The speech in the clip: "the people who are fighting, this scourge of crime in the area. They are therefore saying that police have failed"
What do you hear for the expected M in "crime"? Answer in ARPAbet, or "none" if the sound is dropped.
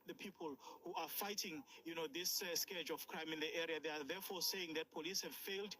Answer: M